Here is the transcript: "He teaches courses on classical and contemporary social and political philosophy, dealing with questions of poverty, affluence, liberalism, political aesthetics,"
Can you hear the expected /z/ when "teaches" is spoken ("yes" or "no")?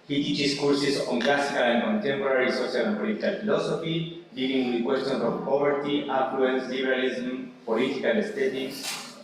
no